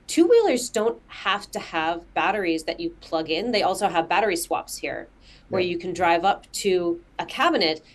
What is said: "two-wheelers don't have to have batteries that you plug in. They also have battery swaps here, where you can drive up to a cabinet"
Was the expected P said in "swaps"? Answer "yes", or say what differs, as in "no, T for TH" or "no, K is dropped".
yes